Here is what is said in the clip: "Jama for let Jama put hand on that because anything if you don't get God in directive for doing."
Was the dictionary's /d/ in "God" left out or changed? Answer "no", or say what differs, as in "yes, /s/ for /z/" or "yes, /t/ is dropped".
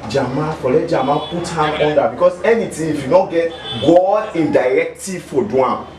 yes, /d/ is dropped